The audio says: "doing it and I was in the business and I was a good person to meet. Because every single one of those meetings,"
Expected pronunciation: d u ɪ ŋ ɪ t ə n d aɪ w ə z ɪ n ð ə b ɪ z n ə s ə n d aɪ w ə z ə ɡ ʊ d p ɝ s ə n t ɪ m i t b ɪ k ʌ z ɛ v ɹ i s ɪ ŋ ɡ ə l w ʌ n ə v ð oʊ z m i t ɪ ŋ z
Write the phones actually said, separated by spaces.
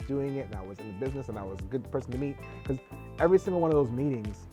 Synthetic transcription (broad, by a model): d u ɪ ŋ ɪ t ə n aɪ w ə z ɪ n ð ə b ɪ z n ə s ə n aɪ w ə z ə ɡ ʊ d p ɝ s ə n t ɪ m i t k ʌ z ɛ v ɹ i s ɪ ŋ ɡ l w ʌ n ə v ð oʊ z m i t ɪ ŋ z